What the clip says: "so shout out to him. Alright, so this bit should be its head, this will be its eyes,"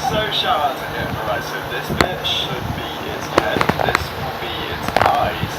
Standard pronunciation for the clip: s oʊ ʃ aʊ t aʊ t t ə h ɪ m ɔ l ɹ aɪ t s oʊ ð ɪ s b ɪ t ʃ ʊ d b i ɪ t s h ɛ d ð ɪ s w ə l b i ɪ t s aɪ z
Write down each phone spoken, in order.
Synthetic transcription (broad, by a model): s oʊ ʃ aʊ aʊ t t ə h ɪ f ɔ ɹ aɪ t s oʊ ð ɪ s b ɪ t ʃ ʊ d b i ɪ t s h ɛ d ð ɪ s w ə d b i ɪ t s aɪ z